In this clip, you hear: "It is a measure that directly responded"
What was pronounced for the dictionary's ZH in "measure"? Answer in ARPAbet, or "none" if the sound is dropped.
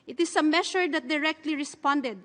SH